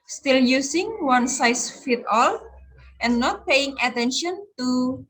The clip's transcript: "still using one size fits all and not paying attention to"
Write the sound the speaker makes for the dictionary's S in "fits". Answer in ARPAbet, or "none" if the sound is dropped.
none